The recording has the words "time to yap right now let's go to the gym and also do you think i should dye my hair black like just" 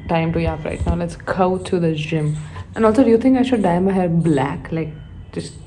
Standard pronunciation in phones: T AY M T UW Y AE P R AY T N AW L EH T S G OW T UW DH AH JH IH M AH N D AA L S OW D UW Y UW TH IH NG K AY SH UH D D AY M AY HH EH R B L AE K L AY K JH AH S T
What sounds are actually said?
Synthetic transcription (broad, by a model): T AY M T UW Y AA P R AY T N AW L EH T S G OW T UW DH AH JH IH M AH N AA L S OW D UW Y UW T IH NG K AY SH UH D D AY M AY HH EH R B L AE K L AY K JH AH S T